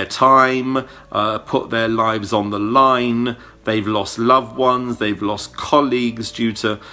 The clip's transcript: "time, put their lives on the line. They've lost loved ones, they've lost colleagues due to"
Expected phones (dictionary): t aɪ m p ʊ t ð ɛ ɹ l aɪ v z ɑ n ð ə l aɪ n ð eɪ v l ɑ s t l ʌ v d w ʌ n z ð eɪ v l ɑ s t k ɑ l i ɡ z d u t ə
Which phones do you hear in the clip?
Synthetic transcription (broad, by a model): t aɪ m p ʊ t ð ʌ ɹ l aɪ v z n ð ə l aɪ n ð eɪ v l ɑ s t l ʌ v w ʌ n z ð eɪ v l ɑ s k ɑ l i ɡ z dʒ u t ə